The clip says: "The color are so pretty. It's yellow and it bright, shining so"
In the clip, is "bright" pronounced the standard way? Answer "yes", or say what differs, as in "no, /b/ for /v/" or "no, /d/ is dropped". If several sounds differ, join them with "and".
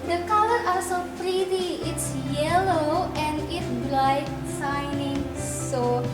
no, /l/ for /ɹ/